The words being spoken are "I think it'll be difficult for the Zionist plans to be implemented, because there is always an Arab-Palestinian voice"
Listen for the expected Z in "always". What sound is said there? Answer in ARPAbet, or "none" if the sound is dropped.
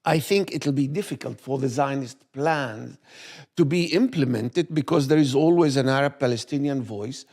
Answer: Z